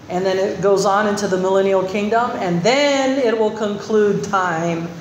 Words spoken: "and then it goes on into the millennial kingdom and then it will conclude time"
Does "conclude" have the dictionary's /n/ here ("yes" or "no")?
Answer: yes